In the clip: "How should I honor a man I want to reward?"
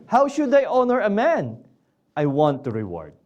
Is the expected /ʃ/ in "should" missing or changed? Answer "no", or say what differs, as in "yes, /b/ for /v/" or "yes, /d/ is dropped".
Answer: no